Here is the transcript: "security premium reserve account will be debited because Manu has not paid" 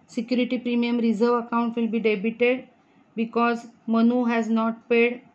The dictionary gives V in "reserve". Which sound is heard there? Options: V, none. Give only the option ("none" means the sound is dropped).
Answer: V